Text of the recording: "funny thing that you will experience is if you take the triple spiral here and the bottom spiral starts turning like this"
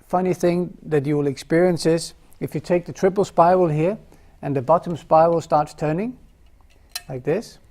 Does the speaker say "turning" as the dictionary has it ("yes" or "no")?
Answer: yes